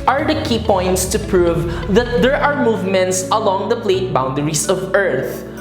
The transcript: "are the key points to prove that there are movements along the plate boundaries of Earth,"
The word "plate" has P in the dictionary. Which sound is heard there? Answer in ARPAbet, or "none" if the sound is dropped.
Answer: P